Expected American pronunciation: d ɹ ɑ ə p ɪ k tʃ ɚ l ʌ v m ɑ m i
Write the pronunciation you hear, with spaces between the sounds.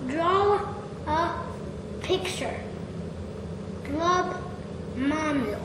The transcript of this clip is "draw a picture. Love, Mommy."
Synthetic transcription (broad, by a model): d ɹ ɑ ə p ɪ k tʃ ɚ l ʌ b m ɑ m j